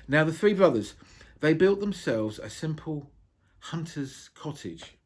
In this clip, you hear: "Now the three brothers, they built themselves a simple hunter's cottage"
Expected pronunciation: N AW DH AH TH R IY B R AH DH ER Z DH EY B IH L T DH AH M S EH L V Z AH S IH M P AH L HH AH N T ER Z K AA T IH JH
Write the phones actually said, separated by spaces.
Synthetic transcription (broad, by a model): N AW DH AH TH R IY B R AH DH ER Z DH EY B IH L T DH AH M S EH L V Z AH S IH M P AH L HH AH N T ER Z K AA T IH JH